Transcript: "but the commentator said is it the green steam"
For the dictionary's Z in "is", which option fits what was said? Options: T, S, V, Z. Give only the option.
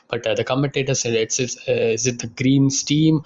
S